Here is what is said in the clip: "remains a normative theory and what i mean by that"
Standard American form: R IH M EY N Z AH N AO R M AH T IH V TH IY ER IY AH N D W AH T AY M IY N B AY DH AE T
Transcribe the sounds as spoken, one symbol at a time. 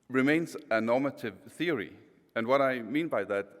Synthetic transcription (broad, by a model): R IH M EY N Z AH N AO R M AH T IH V TH IY ER IY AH N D W AH T AY M IY N B AY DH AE T